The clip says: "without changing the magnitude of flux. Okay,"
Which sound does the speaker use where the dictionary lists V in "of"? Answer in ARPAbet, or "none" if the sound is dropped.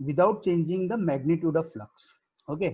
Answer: V